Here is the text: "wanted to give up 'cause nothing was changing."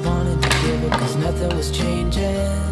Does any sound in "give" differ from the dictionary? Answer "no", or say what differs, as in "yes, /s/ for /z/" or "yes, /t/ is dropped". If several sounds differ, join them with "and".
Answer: yes, /v/ is dropped